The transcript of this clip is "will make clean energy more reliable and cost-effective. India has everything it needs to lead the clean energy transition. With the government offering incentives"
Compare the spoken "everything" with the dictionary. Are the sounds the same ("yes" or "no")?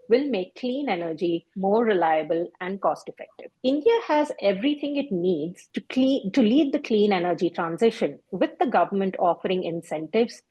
no